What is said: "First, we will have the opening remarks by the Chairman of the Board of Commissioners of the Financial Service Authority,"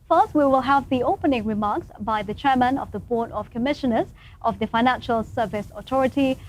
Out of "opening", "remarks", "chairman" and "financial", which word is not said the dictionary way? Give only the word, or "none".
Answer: none